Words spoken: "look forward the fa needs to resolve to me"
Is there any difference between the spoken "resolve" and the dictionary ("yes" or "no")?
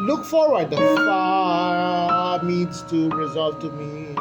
no